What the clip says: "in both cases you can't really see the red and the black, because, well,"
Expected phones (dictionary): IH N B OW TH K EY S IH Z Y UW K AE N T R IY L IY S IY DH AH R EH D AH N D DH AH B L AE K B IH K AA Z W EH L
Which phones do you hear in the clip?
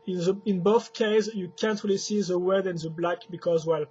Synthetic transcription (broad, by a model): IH N B OW TH K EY IH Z Y UW K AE N T R IY L IY S IY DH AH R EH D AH N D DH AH B L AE K B IH K AA Z W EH L